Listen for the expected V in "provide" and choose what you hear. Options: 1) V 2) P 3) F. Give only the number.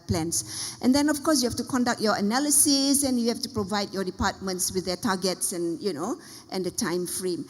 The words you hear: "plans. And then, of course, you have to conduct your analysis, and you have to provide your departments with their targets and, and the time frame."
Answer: 1